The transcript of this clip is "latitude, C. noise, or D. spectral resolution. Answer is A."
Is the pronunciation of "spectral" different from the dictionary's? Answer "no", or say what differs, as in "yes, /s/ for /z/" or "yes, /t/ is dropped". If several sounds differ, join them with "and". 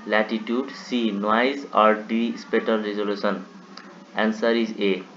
yes, /k/ is dropped and /ɹ/ is dropped